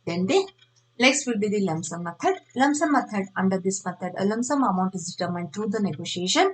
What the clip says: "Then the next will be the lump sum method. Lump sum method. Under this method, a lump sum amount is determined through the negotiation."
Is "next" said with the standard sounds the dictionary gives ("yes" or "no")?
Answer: no